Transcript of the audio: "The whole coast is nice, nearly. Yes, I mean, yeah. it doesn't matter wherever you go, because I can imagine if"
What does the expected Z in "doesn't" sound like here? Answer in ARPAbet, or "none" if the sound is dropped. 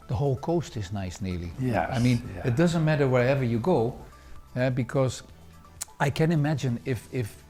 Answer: Z